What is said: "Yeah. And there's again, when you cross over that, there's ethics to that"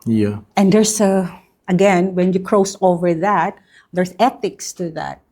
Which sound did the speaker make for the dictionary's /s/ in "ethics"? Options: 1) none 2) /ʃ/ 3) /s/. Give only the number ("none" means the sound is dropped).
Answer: 3